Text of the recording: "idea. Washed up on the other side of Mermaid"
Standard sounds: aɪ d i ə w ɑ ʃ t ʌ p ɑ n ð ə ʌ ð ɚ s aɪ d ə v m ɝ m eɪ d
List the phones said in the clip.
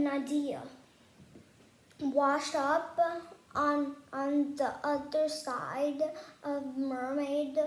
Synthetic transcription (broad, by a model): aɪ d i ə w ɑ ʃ ʌ p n n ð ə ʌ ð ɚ s aɪ d ə v m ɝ m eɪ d